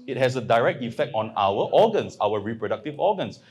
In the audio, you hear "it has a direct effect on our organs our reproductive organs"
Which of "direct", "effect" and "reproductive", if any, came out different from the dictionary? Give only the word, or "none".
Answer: none